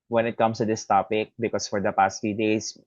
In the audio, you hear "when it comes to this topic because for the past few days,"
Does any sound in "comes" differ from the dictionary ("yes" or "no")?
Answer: yes